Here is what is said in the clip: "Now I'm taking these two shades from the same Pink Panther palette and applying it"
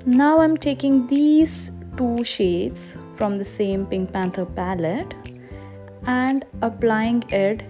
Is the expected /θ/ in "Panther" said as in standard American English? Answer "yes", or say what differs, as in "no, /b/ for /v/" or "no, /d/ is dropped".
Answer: no, /t/ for /θ/